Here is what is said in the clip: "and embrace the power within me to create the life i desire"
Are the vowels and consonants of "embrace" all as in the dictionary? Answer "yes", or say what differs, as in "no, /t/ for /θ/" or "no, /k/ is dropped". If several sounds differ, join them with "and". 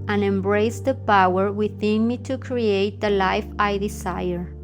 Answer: yes